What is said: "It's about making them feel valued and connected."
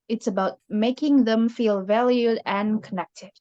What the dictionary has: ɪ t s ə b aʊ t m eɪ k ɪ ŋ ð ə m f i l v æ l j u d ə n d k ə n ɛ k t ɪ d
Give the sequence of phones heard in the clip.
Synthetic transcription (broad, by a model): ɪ t s ə b aʊ t m eɪ k ɪ ŋ ð ə m f i l v æ l j u d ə n k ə n ɛ k t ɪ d